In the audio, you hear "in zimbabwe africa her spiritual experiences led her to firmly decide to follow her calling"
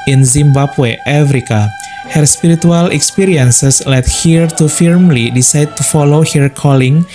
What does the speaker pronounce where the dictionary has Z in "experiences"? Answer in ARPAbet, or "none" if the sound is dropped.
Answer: S